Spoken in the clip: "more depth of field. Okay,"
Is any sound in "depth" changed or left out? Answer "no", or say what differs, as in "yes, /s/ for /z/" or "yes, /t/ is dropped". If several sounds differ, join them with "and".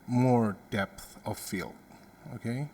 no